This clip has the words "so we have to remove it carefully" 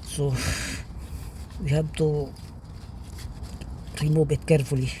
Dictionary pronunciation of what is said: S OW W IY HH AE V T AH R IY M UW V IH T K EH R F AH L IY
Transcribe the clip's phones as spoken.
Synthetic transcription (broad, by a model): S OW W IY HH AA B T AH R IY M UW B IH T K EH R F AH L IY